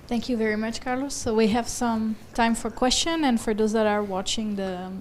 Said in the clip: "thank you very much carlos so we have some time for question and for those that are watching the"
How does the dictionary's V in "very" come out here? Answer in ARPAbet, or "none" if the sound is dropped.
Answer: V